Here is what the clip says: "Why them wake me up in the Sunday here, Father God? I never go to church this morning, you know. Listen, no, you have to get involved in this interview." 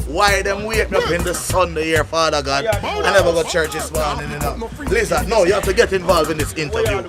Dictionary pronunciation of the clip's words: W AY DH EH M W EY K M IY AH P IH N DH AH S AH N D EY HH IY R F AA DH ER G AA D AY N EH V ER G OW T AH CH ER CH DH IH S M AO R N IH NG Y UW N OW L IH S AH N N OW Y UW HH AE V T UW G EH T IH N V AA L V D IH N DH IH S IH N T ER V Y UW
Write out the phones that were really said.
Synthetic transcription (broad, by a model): W AY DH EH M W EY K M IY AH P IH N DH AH S AH N D EY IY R F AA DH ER G AA D AY N EH V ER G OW T CH ER CH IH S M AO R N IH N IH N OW L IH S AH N N OW Y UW HH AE F T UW G EH T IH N V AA L V IH N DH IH S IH N T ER V Y UW